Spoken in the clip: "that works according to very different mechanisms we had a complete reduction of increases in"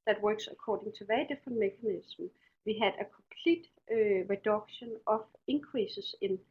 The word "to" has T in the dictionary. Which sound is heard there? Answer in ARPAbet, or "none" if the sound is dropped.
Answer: S